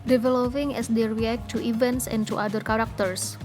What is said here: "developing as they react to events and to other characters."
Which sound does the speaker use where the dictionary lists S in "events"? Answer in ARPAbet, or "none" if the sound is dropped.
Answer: S